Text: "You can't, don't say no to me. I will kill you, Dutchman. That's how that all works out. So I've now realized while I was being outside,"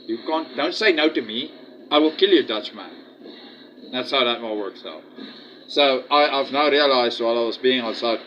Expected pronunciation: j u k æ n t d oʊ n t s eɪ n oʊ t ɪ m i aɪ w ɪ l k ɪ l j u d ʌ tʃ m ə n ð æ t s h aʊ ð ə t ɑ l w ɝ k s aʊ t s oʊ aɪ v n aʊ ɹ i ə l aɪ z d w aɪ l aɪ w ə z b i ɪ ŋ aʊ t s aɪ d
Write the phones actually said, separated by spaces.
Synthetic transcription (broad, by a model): j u k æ n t d oʊ n t s eɪ n oʊ t ɪ m i aɪ w ɪ l k ɪ l j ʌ d ʌ tʃ m ə n ð æ t s h aʊ ð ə t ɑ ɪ w ɝ k s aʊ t s oʊ aɪ v n aʊ ɹ i ə l aɪ z d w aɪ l aɪ w ə z b i ɪ ŋ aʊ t s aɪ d